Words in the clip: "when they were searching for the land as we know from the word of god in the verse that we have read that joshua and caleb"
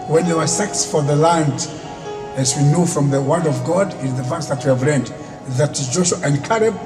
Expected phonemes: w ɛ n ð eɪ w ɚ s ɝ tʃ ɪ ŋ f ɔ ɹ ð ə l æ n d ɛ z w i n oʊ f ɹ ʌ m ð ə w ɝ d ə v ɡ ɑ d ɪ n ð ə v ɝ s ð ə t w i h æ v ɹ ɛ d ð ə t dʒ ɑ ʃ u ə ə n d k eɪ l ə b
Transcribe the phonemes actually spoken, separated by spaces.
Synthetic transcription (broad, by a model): w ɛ n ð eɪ w ɚ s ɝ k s f ɔ ɹ ð ə l æ n d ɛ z w i n oʊ f ɹ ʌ m ð ə w ɝ d ə v ɡ ɑ d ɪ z ð ə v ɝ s ð ə t w i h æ v l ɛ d ð ə t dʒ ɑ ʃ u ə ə n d k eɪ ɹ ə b